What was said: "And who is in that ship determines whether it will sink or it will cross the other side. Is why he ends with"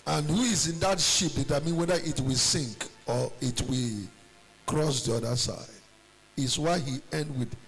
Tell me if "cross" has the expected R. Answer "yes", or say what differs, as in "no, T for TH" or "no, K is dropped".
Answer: yes